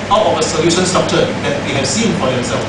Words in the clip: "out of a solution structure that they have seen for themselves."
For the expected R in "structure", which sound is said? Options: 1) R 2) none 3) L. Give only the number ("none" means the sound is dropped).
2